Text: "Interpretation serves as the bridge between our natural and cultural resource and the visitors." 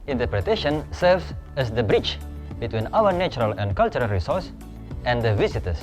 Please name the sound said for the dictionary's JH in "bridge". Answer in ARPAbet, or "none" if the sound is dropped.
CH